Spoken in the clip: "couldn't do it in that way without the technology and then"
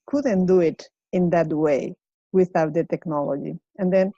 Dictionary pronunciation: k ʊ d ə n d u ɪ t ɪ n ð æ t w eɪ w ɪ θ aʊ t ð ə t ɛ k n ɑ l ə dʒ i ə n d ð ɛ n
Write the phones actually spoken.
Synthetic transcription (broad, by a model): k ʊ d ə n d u ɪ t ɪ n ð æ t w eɪ w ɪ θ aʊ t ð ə t ɛ k n ɑ l ə dʒ i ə n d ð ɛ n